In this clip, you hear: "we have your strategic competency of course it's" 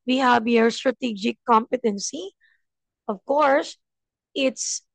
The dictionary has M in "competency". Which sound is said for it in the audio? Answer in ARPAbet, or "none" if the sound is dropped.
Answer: M